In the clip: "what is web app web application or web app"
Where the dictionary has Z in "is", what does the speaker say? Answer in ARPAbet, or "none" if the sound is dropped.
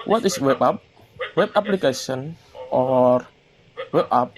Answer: S